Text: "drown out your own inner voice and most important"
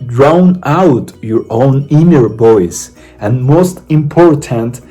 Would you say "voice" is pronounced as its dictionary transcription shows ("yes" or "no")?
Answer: no